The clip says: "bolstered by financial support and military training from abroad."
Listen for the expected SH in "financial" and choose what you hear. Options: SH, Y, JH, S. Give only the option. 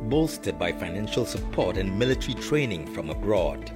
SH